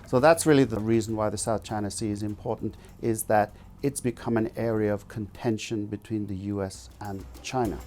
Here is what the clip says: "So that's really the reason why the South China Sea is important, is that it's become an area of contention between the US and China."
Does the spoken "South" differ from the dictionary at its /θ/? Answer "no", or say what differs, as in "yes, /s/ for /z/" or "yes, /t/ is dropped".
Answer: no